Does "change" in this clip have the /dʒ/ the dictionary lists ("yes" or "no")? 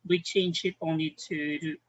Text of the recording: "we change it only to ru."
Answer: no